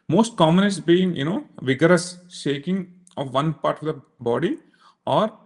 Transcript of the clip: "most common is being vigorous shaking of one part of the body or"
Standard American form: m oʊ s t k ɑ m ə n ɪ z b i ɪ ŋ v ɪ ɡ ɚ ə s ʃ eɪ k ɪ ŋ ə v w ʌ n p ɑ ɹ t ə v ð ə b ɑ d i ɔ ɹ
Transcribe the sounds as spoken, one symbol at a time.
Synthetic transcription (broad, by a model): m oʊ s t k ɑ m ə n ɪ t b i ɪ ŋ v ɪ ɡ ɚ ə s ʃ eɪ k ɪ ŋ ə v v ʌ n p ɑ ɹ t ə v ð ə b ɑ d i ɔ ɹ